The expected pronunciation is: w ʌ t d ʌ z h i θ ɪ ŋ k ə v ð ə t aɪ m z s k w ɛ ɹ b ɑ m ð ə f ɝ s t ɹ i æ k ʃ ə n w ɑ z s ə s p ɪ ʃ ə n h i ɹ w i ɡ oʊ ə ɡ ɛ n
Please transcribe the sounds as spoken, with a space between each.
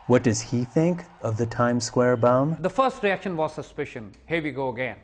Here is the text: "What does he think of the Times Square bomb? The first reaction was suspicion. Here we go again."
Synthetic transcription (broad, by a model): w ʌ t d ʌ z h i θ ɪ ŋ k ə v ð ə t aɪ m s k w ɛ ɹ b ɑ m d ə f ɝ s t ɹ i æ k ʃ ə n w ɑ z s ə s p ɪ ʃ ə n h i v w i ɡ oʊ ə ɡ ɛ n